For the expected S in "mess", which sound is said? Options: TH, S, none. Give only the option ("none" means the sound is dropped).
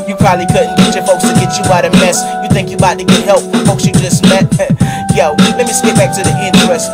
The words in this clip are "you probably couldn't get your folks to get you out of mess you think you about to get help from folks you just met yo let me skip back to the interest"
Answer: S